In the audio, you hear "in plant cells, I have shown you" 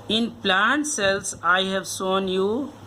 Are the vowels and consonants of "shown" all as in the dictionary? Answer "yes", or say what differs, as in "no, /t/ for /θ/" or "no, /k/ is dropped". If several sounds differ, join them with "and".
no, /s/ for /ʃ/